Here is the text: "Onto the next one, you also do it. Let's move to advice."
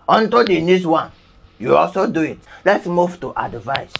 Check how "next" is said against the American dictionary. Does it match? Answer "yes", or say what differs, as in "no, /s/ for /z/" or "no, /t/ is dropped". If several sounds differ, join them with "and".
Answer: no, /k/ is dropped